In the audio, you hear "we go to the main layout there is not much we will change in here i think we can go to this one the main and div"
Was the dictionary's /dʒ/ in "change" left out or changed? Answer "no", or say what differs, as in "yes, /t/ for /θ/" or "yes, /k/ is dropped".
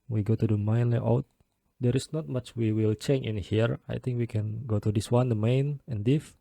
yes, /dʒ/ is dropped